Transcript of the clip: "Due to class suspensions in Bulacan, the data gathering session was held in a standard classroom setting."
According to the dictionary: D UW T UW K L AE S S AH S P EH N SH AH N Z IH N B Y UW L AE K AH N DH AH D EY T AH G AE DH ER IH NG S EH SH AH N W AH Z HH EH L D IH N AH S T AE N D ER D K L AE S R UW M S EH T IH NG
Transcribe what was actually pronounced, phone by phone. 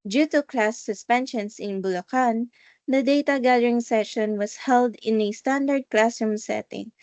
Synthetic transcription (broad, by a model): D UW T UW K L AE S S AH S P EH N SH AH N S IH N B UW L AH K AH N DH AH D EY T AH G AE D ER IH NG S EH SH AH N W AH S HH EH L D IH N AH S T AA N D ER D K L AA S UW M S EH T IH NG